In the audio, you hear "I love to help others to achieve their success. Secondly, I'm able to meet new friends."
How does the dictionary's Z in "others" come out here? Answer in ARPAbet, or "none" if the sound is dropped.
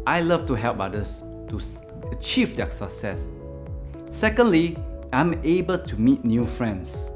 S